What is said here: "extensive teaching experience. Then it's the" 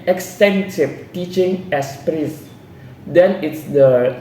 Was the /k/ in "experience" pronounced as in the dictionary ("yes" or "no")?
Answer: no